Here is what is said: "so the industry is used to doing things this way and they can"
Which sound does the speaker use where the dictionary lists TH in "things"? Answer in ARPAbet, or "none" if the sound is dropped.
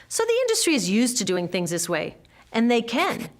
TH